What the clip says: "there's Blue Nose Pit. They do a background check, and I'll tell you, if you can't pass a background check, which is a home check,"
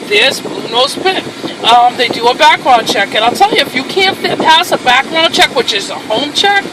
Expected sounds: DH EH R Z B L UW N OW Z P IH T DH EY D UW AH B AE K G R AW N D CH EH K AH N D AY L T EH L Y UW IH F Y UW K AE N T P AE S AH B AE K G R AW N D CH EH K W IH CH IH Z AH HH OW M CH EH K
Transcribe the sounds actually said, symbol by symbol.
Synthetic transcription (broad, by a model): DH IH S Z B UW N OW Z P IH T DH EY D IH AH B AE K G R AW N CH EH K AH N AY L T EH L Y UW IH F Y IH K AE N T P AE S AH B AE K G R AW N CH EH K W IH CH IH Z AH HH OW M CH EH K